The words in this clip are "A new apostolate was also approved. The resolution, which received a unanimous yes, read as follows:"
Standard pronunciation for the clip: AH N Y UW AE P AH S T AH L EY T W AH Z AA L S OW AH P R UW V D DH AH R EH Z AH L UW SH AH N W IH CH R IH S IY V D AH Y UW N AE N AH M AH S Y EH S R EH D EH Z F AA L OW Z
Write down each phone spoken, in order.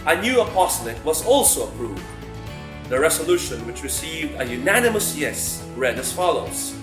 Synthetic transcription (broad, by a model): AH N Y UW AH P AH S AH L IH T W AH Z AA L S OW AH P R UW V D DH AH R EH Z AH L UW SH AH N W IH CH R IH S IY V D AH Y UW N AE N AH M AH S Y EH S R EH D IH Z F AA L OW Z